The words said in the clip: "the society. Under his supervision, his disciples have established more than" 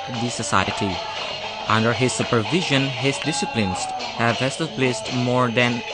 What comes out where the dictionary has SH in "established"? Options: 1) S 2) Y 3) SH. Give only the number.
1